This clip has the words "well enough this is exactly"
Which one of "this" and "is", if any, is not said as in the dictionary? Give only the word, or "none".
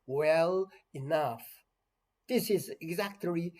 none